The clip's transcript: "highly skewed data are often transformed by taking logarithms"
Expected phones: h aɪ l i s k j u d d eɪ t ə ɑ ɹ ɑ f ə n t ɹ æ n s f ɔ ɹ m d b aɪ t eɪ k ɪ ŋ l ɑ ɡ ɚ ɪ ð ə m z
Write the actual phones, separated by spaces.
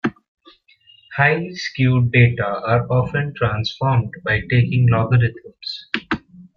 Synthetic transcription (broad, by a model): h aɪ i s k j u d d eɪ t ə ɑ ɹ ɑ f ə n t ɹ æ n s f ɔ ɹ m d b aɪ t eɪ k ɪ ŋ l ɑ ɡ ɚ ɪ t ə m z